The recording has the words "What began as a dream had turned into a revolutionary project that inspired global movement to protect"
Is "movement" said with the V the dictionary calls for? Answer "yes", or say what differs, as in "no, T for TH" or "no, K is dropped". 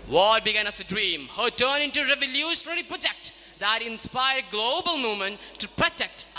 no, V is dropped